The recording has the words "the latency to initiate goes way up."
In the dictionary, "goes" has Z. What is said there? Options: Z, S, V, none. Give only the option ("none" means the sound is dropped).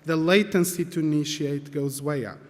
Z